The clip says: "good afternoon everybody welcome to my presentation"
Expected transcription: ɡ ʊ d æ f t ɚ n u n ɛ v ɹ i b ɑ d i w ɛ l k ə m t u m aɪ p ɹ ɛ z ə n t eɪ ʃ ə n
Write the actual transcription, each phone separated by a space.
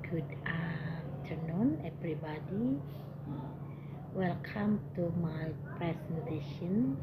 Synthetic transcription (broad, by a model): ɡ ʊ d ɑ t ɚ n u n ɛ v ɹ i b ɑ d i w ɛ l k ə m t u m aɪ p ɹ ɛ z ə n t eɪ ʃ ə n